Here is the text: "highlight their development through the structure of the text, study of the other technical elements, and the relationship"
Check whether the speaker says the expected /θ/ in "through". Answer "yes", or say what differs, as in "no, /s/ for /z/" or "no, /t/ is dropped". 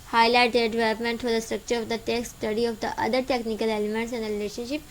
no, /f/ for /θ/